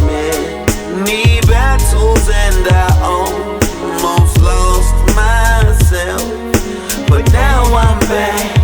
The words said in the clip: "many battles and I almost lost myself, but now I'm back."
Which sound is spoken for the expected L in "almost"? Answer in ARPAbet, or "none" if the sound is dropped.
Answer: N